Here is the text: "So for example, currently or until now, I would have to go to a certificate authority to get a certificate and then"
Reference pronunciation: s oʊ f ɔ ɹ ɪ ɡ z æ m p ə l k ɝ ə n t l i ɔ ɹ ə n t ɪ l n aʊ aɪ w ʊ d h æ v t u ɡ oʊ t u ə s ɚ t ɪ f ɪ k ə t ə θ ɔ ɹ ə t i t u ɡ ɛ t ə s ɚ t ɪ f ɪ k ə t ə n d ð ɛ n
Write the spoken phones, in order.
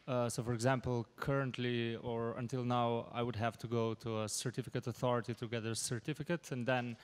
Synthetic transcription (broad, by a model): s oʊ f ɔ ɹ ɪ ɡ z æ m p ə l k ɝ ə n t l i ɔ ɹ ə n t ɪ l n aʊ aɪ w ʊ d h æ v t u ɡ oʊ t u ə s ɚ t ɪ f ɪ k ə t ə θ ɔ ɹ ə t i t u ɡ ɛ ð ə s ɚ t ɪ f ɪ k ə t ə n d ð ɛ n